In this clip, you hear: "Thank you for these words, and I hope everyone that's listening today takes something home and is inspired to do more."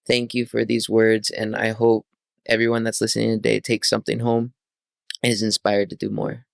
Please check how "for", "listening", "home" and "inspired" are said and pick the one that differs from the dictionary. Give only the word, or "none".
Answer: home